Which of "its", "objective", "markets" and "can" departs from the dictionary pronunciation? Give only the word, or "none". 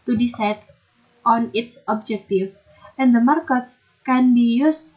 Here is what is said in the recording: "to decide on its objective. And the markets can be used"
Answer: objective